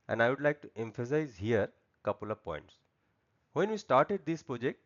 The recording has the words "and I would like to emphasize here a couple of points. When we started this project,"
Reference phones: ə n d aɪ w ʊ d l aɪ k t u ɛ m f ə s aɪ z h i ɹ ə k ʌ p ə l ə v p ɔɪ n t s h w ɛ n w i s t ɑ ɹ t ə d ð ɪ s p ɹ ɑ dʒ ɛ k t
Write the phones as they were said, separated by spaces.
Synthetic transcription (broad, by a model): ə n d aɪ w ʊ d l aɪ k t u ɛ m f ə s aɪ z h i ɹ k ʌ p ə l ə v p ɔɪ n t s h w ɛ n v i s t ɑ ɹ t ə d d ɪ s p ɹ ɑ dʒ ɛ k t